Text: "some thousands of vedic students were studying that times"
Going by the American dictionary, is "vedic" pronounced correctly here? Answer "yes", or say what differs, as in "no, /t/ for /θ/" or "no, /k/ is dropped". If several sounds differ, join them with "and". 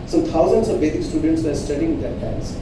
no, /b/ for /v/